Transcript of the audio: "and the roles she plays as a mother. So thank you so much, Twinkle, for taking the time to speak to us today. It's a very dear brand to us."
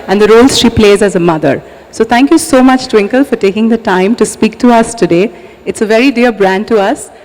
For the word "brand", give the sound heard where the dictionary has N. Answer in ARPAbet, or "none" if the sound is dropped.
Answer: N